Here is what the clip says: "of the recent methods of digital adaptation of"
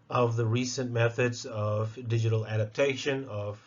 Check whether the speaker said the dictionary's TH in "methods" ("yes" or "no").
yes